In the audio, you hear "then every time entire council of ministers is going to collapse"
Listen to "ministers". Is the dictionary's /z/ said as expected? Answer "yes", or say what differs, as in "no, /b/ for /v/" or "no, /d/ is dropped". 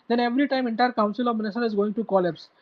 no, /z/ is dropped